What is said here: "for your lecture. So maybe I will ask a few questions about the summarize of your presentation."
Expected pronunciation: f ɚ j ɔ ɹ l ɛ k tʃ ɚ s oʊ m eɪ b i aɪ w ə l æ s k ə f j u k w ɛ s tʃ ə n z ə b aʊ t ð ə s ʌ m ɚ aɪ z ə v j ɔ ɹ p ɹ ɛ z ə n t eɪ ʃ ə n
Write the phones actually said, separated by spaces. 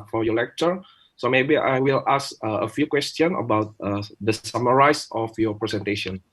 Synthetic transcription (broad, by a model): f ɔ j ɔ l ɛ k tʃ ɚ s oʊ m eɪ b i aɪ w ə l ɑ s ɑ ə f j u k w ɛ s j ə n ə b aʊ t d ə s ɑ m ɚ aɪ s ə f j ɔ p ɹ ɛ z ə n t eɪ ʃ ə n